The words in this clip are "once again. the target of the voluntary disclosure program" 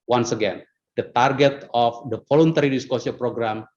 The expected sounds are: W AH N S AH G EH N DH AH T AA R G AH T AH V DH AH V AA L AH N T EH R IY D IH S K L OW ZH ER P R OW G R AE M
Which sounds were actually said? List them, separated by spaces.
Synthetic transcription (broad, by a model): W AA N S AH G EH N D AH T AA R G AH T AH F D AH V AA L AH N T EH R IY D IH S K OW S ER P R OW G R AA M